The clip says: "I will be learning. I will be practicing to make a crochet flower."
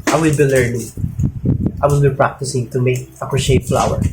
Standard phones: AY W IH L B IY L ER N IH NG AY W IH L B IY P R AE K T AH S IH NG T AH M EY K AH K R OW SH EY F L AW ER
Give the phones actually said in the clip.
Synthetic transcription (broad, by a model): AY W IH L B IY L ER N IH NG AY W IH L B IY P R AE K T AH S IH NG T AH M EY K AH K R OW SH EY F L AW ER